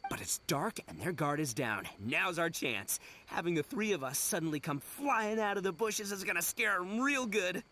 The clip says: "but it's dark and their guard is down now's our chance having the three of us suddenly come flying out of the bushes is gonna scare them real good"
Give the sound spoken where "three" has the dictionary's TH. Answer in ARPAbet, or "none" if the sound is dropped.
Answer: TH